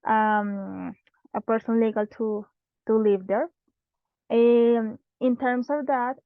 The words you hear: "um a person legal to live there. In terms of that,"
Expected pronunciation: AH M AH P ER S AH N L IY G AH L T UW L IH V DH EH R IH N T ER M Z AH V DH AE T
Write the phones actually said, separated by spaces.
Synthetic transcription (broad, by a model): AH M AH P ER S AH N L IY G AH L T UW L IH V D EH R IH N T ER M S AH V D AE T